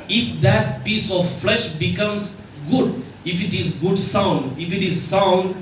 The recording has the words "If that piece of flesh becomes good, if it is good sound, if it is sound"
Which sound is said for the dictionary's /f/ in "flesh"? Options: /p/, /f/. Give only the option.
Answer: /f/